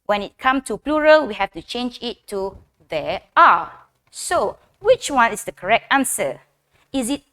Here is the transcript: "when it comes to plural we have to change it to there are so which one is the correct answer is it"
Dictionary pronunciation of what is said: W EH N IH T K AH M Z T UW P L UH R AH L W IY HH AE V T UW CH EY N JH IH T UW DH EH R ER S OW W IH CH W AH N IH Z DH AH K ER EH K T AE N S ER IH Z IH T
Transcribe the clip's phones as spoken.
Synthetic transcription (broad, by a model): W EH N IH T K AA M S T UW P L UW R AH L W IY HH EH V T UW CH EY N JH IH T UW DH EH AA S OW W IH CH W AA N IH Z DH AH K ER EH K T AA N S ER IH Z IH T